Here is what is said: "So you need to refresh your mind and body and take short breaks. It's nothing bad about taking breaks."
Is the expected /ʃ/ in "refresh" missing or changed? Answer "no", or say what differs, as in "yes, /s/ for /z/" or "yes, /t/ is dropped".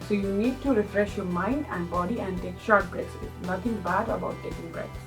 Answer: no